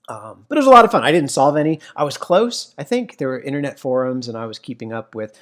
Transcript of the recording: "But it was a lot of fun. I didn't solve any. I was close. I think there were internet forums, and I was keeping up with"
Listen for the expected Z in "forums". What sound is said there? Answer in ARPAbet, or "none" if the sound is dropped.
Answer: Z